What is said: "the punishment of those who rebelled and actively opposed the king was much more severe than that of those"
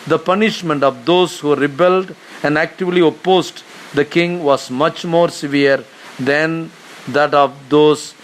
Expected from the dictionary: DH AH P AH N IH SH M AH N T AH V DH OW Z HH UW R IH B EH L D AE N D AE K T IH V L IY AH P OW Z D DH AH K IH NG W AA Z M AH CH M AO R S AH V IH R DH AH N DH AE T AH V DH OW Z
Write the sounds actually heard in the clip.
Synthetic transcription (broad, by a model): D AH P AH N IH SH M AH N T AH V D OW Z HH UW R IH B EH L D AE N D AE K T IH V L IY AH P OW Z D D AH K IH NG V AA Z M AH CH M AO R S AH V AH R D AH N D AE T AH V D OW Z